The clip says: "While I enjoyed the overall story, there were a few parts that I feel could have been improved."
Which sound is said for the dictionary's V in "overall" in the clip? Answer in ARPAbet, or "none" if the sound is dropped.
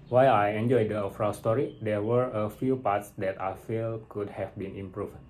F